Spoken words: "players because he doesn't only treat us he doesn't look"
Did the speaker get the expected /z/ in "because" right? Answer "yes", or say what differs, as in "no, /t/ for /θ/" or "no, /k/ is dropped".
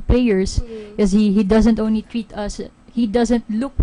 no, /z/ is dropped